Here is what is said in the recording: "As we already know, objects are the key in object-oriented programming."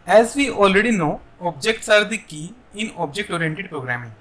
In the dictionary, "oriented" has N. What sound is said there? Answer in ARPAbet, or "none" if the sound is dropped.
N